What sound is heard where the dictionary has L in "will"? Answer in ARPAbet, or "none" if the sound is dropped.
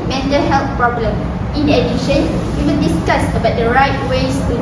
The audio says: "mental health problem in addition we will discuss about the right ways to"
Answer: N